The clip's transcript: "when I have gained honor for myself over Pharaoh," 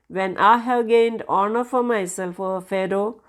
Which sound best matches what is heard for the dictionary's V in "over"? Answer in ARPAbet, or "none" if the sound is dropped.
none